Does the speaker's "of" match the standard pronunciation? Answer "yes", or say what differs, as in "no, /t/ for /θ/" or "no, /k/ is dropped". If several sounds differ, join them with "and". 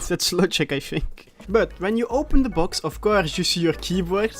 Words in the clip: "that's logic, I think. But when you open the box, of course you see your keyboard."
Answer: no, /f/ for /v/